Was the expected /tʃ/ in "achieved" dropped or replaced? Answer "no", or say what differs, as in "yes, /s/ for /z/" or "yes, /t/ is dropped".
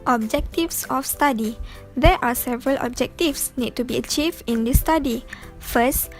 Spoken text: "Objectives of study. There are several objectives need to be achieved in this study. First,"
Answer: no